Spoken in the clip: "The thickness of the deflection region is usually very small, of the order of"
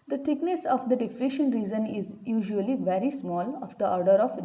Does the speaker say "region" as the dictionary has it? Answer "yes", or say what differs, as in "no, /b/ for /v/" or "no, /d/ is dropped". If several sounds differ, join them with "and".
no, /z/ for /dʒ/